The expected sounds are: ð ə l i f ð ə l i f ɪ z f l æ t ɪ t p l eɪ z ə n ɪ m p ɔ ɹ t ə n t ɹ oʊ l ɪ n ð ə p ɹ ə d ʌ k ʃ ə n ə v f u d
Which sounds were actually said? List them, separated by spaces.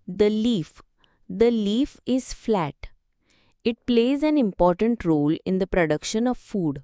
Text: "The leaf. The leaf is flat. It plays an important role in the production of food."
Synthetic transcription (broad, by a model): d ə l i f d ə l i f ɪ z f l æ t ɪ t p l eɪ z ə n ɪ m p ɔ ɹ t ə n t ɹ oʊ l ɪ n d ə p ɹ ə d ʌ k ʃ ə n ə v f u d